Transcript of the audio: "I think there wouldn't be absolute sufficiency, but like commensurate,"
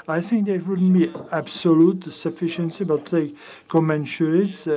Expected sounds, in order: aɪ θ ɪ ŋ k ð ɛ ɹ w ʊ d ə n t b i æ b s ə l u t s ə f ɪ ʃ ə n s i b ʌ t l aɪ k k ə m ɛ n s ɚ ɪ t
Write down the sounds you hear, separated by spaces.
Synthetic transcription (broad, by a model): aɪ θ ɪ ŋ k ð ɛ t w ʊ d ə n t b i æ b s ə l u t s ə f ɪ ʃ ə n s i b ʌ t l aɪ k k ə m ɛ n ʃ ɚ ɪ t